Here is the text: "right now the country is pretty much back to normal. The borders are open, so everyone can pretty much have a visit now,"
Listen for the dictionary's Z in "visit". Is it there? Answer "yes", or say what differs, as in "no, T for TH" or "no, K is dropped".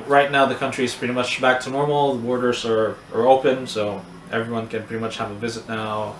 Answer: yes